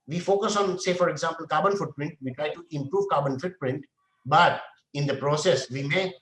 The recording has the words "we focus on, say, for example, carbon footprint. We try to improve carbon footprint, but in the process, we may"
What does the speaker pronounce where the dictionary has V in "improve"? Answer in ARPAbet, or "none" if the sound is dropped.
V